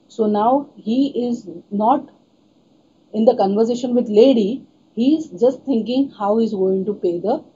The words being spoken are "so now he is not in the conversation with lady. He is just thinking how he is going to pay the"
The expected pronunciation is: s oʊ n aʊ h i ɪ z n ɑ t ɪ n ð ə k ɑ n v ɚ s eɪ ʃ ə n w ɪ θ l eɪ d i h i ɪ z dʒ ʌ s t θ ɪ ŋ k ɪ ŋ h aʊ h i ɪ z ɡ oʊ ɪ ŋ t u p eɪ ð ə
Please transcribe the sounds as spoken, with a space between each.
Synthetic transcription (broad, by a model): s oʊ n aʊ h i ɪ z n ɑ t ɪ n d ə k ɑ n v ɚ s eɪ ʃ ə n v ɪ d l eɪ d i h i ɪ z dʒ ʌ s t t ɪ ŋ k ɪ ŋ h aʊ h i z ɡ oʊ ɪ ŋ t u p eɪ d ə